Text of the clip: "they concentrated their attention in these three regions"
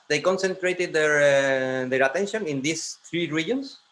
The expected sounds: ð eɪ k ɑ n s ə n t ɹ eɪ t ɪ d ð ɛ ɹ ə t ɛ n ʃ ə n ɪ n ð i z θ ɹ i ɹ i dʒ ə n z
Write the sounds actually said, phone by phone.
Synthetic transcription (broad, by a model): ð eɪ k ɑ n s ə n t ɹ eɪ t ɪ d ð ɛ ɹ ə t ɛ n ʃ ə n ɪ n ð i s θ ɹ i ɹ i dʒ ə n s